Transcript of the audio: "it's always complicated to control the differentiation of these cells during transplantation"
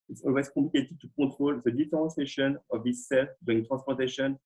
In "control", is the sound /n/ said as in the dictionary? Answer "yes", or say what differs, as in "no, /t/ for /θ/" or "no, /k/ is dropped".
no, /n/ is dropped